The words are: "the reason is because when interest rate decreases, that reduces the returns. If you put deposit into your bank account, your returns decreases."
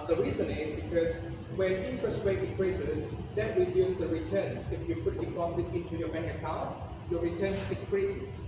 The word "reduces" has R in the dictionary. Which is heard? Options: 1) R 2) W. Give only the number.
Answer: 2